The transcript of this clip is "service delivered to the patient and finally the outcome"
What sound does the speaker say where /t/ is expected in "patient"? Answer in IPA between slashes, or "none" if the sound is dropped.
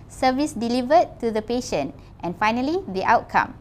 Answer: /t/